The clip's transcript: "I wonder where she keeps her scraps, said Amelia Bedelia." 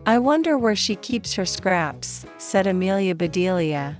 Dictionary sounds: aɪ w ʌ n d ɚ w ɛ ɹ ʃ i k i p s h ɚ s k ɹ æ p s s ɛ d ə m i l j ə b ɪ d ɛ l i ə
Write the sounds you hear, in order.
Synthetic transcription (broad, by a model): aɪ w ʌ n d ɚ w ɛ ɹ ʃ i k i p s h ɚ s k ɹ æ p s s ɛ d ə m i l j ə b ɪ d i l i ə